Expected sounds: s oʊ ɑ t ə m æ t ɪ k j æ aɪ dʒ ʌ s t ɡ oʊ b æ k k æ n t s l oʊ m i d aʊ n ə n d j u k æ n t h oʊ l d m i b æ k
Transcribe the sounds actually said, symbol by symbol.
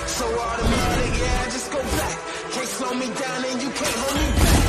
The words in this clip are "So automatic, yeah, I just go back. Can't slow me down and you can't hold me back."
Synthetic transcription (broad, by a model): s oʊ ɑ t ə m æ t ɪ j æ aɪ dʒ ʌ s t ɡ oʊ b æ k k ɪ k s oʊ m i d aʊ n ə n j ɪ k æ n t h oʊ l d m i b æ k